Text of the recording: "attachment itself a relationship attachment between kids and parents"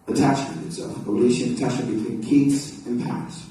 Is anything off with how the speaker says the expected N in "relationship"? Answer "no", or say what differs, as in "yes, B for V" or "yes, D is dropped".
yes, N is dropped